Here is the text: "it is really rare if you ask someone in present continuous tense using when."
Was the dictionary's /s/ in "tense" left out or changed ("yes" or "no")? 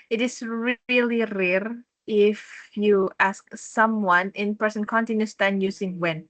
yes